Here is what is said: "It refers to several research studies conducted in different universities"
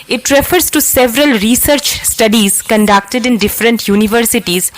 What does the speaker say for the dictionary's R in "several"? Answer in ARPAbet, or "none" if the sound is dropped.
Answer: R